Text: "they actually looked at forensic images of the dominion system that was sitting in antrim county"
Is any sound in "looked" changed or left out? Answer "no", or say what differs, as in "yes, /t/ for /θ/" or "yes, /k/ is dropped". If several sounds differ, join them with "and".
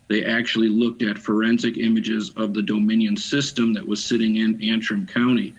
no